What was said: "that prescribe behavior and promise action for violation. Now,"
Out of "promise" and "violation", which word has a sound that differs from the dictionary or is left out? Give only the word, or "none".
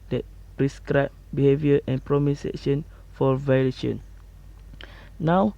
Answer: none